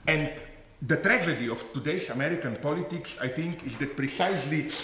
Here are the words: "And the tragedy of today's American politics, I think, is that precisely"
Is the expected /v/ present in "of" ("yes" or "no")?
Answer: no